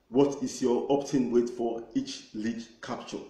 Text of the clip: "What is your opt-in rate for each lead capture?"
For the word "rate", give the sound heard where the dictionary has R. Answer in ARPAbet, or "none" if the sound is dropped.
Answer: W